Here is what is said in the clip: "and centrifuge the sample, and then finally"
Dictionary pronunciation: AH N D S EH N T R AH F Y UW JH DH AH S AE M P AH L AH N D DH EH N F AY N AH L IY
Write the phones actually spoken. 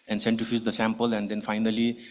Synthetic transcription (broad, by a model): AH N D S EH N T AH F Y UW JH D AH S AE M P AH L AH N D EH N F AY N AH L IY